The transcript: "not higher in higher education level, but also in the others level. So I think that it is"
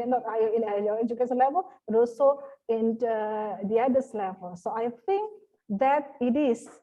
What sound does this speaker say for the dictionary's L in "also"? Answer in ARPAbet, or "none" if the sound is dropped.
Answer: none